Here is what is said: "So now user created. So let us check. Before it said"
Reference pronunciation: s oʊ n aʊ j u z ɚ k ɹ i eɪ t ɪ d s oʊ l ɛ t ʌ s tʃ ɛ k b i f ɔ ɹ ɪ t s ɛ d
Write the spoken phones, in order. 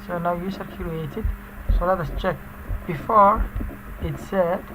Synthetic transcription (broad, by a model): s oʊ n aʊ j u s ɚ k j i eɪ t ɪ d s oʊ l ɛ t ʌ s tʃ ɛ k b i f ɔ ɹ ɪ t s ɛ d